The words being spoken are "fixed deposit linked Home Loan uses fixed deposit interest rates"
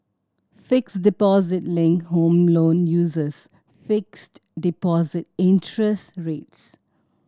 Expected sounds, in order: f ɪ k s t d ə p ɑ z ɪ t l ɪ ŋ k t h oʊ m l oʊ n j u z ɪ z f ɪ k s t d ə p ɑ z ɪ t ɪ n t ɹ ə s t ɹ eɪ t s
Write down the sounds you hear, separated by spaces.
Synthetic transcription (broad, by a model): f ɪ k s d ə p ɑ z ɪ t l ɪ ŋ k h oʊ m l oʊ n j u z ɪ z f ɪ k s t d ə p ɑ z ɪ t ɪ n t ɹ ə s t ɹ eɪ t s